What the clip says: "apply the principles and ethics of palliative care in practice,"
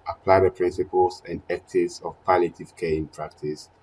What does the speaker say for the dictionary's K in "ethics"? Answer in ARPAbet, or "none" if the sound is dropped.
none